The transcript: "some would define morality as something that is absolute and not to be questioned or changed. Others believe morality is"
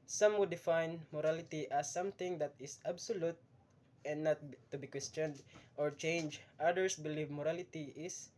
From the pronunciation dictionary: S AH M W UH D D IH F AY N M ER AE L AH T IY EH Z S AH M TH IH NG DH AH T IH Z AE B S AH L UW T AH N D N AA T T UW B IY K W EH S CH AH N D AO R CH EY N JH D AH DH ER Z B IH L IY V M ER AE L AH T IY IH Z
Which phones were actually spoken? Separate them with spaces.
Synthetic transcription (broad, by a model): S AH M W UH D D IH F AY N M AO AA L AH T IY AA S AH M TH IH NG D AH T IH S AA B S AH L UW T AH N D N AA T T UW B IY K W EH S CH AH N D AO R CH EY N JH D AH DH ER S B IH L IY V M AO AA L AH T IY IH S